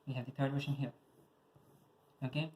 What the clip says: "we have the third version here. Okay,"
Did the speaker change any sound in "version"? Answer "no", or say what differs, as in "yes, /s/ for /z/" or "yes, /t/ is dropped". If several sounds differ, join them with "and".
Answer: yes, /w/ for /v/ and /ʃ/ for /ʒ/